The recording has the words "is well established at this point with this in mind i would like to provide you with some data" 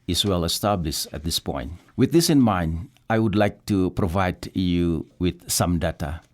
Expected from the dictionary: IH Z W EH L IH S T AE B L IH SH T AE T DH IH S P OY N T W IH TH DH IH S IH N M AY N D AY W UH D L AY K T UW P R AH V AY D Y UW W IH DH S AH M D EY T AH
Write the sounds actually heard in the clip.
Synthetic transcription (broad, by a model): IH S W EH L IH S T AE B L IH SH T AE T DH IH S P OY N T W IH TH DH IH S IH N M AY N D AY W UH D L AY K T UW P R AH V AY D Y UW W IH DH S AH M D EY T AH